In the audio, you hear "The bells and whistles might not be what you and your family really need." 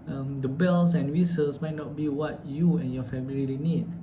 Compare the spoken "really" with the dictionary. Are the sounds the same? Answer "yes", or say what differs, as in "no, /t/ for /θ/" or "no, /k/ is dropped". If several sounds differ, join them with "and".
no, /l/ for /ɹ/